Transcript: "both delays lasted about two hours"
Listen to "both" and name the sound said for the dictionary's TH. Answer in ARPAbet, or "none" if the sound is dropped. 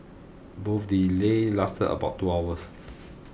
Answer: F